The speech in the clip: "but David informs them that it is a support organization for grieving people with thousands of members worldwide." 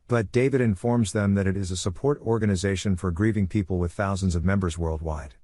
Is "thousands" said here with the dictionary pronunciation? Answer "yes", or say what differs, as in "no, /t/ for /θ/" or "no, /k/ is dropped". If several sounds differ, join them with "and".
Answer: yes